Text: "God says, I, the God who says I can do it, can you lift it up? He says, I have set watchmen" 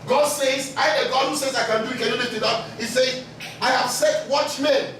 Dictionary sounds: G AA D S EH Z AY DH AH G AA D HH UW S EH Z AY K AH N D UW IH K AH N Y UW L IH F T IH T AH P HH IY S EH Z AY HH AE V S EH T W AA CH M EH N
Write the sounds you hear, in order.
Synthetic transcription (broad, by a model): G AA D S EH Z AY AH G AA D HH UW S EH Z AY K AH N D UW IH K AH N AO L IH T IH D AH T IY S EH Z AY HH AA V S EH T W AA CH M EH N